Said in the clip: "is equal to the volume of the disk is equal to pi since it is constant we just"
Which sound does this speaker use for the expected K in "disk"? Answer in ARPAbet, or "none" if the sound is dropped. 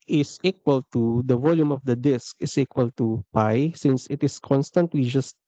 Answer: K